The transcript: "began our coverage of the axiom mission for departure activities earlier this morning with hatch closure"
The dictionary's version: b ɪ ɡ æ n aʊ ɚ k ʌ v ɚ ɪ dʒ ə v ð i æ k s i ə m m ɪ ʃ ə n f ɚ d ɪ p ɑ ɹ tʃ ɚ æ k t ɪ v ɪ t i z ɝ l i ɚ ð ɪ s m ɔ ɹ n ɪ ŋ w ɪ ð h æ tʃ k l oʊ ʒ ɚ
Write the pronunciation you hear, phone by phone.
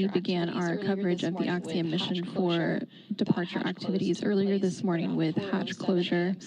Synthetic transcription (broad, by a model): b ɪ ɡ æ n aʊ ɚ k ʌ v ɚ ɪ dʒ ə v ð i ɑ k s i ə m m ɪ ʃ ə n f ɚ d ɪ p ɑ ɹ tʃ ɚ æ k t ɪ v ɪ t i z ɝ l i ɚ ð ɪ s m ɔ ɹ n ɪ ŋ w ɪ ð h æ tʃ k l oʊ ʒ ɚ